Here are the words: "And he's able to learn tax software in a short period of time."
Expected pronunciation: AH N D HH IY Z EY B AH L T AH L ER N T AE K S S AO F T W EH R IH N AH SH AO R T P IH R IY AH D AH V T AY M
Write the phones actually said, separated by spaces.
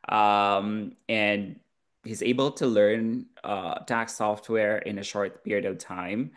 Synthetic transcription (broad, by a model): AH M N HH IY Z EY B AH L T AH L ER N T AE K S S AO F T W EH R IH N AH SH AO R T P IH R IY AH D AH V T AY M